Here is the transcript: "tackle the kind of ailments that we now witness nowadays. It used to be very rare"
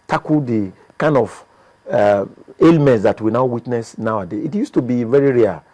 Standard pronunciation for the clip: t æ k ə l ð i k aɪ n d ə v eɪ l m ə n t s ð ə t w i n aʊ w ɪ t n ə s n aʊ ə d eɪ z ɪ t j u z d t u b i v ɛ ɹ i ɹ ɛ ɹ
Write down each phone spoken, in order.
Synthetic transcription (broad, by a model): t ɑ k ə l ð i k aɪ n d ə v eɪ l m ə n t s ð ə t w i n aʊ w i t n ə s n aʊ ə d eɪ ɪ t j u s t u b i v ɛ ɹ i ɹ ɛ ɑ